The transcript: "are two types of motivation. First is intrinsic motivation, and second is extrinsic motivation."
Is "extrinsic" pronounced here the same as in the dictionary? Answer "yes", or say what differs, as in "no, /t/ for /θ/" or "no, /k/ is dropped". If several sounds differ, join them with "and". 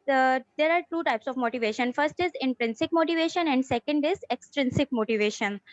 yes